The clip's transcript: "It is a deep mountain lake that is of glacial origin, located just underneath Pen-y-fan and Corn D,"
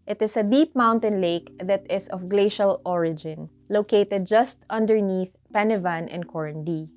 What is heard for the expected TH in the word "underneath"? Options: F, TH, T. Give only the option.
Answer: TH